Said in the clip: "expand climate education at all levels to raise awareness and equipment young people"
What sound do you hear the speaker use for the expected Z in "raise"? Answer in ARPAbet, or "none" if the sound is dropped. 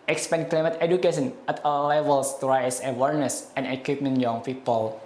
S